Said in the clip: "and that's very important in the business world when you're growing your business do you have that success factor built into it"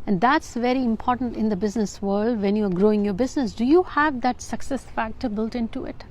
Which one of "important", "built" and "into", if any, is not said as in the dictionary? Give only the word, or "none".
none